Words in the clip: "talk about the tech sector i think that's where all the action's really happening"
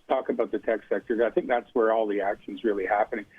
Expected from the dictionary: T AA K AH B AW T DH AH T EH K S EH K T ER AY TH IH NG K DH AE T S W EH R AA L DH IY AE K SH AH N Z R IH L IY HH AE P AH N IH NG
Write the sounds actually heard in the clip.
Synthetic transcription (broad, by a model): T AA K AH B AW T DH AH T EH K S EH K T ER AY TH IH NG K DH AE T S W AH R AA L DH IY AE K SH N Z R IH L IY HH AE P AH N IH NG